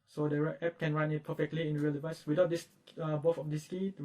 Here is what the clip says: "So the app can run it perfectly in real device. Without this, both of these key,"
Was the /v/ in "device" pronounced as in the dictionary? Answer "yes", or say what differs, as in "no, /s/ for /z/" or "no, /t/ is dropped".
yes